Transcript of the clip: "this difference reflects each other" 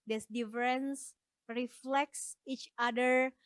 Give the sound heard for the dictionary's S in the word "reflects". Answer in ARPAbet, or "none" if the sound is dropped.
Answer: S